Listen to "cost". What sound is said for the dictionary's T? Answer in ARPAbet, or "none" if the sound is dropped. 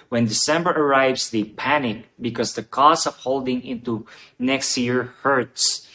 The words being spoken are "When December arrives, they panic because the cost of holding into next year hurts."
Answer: none